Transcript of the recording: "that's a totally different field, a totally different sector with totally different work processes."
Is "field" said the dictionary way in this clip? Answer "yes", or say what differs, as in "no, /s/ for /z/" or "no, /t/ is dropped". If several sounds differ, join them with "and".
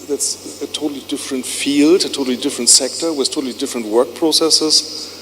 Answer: yes